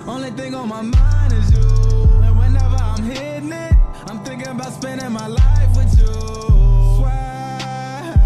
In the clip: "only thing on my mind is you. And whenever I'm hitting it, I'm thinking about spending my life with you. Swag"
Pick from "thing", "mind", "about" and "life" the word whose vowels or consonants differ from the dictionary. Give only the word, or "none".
none